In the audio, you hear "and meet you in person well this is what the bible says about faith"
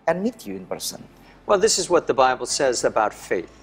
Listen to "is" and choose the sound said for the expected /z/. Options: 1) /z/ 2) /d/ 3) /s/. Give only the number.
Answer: 1